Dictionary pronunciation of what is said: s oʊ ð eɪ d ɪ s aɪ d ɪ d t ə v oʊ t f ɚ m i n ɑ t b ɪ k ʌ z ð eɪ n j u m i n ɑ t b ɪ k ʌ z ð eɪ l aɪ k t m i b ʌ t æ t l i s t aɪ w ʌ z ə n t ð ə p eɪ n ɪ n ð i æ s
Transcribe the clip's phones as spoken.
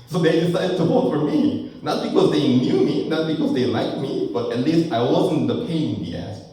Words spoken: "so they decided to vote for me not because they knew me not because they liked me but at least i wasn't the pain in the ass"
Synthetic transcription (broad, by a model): s oʊ ð eɪ d ɪ s aɪ d ɪ d t ə w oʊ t f ɚ m i n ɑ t b ɪ k ʌ z ð eɪ n j u m i n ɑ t b ɪ k ʌ z ð eɪ l aɪ k t m i b ʌ t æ t l i s t aɪ w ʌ z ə n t ð ə p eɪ ɪ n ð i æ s